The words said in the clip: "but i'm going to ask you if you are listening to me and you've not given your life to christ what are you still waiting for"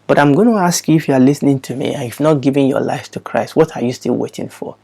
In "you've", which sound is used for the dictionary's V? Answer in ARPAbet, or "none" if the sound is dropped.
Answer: F